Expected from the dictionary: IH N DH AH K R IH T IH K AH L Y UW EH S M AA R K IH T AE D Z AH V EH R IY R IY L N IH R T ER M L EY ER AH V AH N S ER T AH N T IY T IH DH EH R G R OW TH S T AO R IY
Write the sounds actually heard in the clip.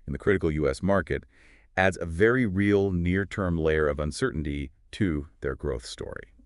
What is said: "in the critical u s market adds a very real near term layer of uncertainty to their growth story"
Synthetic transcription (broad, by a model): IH N DH AH K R IH T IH K L Y UW EH S M AA R K IH T AE D Z AH V EH R IY R IY L N IH R T ER M L EY ER AH V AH N S ER T N T IY T IH DH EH R G R OW TH S T AO R IY